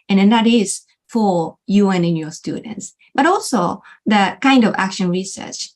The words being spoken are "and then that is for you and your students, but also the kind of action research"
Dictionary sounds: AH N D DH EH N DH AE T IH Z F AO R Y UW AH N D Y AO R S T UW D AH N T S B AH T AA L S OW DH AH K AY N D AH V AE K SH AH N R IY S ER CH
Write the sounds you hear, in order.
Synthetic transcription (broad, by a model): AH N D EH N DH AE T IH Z F AO R Y UW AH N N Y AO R S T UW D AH N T S B AH T AA L S OW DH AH K AY N D AH V AE K SH AH N R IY S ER CH